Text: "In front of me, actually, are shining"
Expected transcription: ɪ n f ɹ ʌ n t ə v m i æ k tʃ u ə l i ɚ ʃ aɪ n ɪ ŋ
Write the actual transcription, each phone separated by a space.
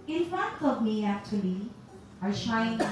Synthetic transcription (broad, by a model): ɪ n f ʌ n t ə v m i æ k tʃ u ə l i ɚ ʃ aɪ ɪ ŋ